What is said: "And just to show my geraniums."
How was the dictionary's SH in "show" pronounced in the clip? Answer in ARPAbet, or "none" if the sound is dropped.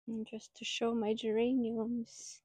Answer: SH